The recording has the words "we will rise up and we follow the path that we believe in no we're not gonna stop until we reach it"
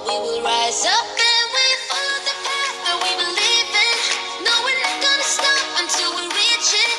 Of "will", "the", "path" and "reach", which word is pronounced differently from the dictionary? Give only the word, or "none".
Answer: path